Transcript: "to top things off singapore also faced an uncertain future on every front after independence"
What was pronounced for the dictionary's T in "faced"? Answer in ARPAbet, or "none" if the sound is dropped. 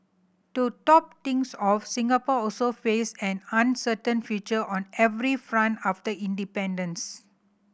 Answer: none